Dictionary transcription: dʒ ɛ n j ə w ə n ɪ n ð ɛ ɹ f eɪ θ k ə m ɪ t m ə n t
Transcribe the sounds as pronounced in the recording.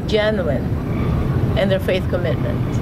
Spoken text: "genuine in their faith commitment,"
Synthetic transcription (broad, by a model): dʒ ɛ n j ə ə n ɪ n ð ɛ ɹ f eɪ θ k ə m ɪ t m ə n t